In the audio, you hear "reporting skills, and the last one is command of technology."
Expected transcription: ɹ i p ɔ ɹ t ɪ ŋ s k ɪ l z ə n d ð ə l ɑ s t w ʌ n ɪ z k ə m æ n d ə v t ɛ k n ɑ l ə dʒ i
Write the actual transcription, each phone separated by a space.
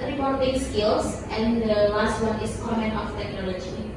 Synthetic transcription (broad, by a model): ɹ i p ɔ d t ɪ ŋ s k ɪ l s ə n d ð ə l ɑ s t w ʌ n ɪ s k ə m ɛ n ə f t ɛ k n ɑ l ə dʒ i